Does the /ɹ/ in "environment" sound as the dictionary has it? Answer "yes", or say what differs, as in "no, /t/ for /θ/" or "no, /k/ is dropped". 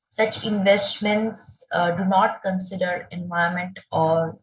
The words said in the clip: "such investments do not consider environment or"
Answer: no, /ɹ/ is dropped